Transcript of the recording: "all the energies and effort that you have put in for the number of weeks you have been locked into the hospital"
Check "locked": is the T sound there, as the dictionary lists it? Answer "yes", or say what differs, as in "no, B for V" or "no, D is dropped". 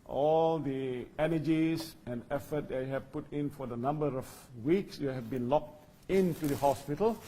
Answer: yes